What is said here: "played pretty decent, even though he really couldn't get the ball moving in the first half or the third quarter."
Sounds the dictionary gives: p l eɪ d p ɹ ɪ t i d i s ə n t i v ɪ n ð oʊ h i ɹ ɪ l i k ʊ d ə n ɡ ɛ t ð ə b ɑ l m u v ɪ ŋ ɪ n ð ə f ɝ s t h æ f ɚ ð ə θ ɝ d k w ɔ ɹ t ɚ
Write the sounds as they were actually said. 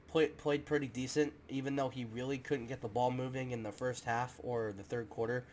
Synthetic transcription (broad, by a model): p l eɪ d p ɹ ɪ t i d i s ə n t i v ɪ n ð oʊ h i ɹ ɪ l i k ʊ d n ɡ ɛ t ð ə b ɑ l m u v ɪ ŋ ɪ n ð ə f ɝ s t h æ f ɚ ð ə θ ɝ d k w ɔ ɹ t ɚ